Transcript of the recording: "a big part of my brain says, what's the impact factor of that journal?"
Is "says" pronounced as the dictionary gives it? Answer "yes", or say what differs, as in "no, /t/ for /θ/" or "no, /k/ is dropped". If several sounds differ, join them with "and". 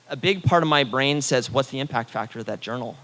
yes